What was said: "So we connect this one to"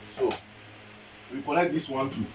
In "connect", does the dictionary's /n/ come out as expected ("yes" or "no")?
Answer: no